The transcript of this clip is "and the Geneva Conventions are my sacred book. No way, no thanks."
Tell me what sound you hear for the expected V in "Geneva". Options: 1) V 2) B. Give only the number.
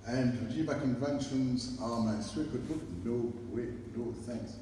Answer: 2